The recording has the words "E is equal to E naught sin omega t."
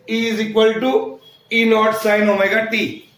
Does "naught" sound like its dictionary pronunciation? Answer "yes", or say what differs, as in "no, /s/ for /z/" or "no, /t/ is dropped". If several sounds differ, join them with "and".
no, /l/ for /n/